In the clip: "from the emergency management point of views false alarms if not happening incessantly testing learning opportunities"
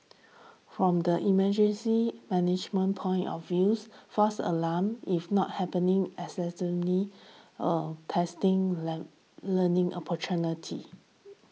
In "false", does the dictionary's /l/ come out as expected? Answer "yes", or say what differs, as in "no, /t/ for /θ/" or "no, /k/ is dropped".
no, /l/ is dropped